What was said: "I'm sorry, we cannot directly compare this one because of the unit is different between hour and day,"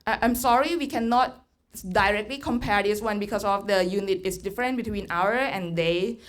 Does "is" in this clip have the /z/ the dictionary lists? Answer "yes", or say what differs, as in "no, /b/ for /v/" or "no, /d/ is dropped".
no, /s/ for /z/